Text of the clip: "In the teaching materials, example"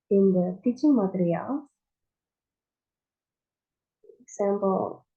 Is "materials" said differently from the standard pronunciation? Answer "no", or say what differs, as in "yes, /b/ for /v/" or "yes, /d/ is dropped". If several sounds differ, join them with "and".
yes, /z/ is dropped